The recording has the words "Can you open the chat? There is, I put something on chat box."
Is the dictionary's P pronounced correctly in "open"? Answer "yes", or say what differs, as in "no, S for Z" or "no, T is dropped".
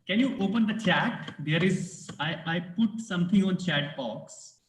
yes